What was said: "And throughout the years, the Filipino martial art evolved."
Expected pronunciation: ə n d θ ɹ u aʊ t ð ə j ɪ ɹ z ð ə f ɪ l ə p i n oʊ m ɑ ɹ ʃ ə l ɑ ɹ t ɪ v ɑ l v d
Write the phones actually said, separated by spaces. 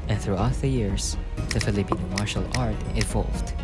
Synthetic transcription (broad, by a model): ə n θ ɹ u aʊ t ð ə j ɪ ɹ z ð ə f ɪ l ə p i n oʊ m ɑ ɹ ʃ ə l ɑ ɹ t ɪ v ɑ l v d